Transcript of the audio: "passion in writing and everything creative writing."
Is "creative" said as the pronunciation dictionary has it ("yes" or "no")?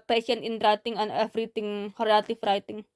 no